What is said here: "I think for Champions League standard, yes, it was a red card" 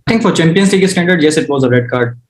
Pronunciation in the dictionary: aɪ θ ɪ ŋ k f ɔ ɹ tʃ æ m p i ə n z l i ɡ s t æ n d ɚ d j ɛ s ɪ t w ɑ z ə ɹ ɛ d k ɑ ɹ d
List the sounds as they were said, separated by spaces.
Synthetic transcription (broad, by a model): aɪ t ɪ ŋ k f ɔ ɹ tʃ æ m p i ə n s l i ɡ s t æ n d ɚ d j ɛ s ɪ t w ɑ z ə ɹ ɛ d k ɑ ɹ d